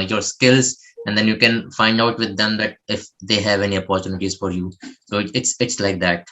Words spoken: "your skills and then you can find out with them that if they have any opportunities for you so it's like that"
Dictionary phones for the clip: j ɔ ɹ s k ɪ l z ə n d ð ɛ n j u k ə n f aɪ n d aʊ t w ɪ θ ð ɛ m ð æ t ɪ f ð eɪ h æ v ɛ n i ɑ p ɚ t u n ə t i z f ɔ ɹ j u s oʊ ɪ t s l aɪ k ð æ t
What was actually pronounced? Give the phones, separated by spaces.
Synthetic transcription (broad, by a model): j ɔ ɹ s k ɪ l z ə n d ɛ n j u k ə n f aɪ n d aʊ t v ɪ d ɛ m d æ t ɪ f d eɪ h æ v ɛ n i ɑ p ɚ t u n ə t i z f ɔ ɹ j u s oʊ ɪ t s l aɪ k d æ t